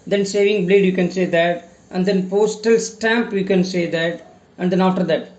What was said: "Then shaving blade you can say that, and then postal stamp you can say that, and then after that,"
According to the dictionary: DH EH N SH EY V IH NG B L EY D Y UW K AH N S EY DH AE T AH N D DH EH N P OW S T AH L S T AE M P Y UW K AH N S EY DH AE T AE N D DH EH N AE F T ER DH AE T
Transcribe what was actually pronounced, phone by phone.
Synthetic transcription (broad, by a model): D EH N S EY V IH NG B L EY D Y UW K AH N S EY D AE T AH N D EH N P OW S T AH L S T AE M P Y UW K AH N S EY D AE T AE N D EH N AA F T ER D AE T